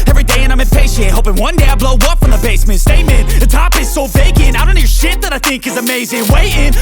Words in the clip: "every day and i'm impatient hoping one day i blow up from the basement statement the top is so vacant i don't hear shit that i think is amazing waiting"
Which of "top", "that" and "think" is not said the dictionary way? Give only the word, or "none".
none